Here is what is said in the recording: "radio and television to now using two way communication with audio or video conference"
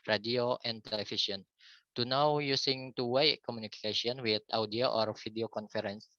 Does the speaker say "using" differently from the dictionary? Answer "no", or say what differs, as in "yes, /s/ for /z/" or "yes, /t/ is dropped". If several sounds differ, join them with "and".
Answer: yes, /s/ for /z/